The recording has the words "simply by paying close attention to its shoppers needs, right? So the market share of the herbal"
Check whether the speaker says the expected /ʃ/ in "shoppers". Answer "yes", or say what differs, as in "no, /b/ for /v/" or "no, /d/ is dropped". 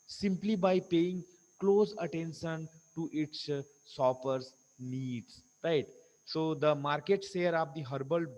no, /s/ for /ʃ/